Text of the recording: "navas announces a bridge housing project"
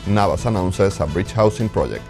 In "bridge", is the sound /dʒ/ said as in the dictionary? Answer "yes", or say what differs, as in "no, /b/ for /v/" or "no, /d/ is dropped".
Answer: no, /tʃ/ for /dʒ/